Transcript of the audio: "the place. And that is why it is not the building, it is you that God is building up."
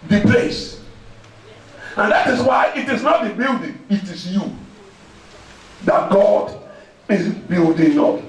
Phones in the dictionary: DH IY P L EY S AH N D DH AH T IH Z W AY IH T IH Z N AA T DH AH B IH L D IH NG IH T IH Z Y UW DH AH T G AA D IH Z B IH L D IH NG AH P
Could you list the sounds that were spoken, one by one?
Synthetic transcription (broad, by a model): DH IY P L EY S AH N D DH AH T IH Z W AY IH T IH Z N AA T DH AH B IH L D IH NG IH T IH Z Y UW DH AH T G AA D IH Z B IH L D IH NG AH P